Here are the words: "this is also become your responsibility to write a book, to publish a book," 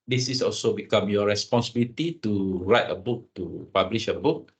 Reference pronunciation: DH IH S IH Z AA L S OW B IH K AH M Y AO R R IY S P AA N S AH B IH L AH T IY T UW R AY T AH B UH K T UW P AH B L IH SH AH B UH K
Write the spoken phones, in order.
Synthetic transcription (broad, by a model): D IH S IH S AA L S OW B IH K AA M Y AO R R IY S P AA N S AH B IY L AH T IY T UW R AY T AH B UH K T UW P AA B L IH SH AH B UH K